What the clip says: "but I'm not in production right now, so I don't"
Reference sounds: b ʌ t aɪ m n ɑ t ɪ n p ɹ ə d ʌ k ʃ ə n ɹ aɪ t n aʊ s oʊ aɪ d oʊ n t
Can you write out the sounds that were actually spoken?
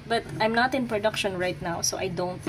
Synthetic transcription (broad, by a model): b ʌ t aɪ m n ɑ t ɪ n p ɹ ə d ʌ k ʃ ə n ɹ aɪ t n aʊ s oʊ aɪ d oʊ n t